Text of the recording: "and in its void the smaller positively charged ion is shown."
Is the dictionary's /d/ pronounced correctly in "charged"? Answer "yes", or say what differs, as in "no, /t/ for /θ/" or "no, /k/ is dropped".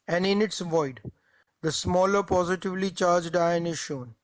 yes